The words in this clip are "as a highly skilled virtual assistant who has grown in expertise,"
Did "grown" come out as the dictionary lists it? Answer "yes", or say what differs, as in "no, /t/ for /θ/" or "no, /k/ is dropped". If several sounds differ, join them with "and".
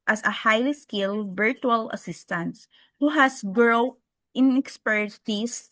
no, /n/ is dropped